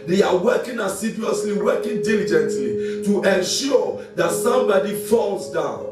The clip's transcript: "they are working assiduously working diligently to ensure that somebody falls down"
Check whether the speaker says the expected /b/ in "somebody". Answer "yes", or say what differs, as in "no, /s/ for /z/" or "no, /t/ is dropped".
yes